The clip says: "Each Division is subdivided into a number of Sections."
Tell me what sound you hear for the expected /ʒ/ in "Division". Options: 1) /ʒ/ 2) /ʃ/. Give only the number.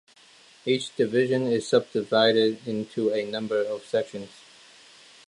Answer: 1